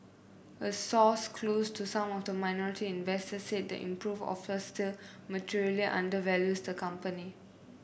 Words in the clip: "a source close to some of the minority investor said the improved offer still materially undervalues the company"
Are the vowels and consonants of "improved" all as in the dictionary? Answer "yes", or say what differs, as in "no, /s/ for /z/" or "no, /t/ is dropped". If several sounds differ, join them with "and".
no, /d/ is dropped